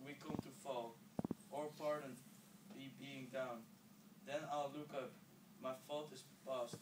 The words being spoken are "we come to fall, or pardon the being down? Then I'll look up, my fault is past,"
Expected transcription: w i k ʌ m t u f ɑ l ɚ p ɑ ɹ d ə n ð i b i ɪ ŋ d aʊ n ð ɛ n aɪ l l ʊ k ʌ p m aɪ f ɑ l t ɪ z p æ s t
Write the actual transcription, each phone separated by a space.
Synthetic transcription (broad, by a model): w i k ʌ m t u f ɑ l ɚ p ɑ ɹ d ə n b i b i ɪ ŋ d aʊ n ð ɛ n aɪ l l ʊ k ʌ p m aɪ f ɑ l t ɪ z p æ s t